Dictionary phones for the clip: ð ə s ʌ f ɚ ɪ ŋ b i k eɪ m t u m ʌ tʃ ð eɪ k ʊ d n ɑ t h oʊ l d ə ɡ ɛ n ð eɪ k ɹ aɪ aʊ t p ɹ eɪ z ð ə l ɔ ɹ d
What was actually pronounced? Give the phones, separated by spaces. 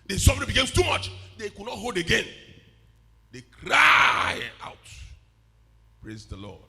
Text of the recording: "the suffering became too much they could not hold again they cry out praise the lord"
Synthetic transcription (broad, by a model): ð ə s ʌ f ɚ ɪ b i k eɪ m t u m ʌ tʃ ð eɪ k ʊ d n ɑ t h oʊ l d ə ɡ ɛ n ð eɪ k ɹ aɪ aʊ t p ɹ eɪ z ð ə l ɔ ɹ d